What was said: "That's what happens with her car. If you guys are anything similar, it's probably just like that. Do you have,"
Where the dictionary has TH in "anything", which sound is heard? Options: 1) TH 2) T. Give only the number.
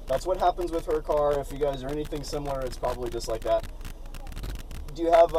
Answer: 1